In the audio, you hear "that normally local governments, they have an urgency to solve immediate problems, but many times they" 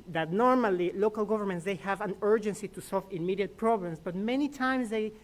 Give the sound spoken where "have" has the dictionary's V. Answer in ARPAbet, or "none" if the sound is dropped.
V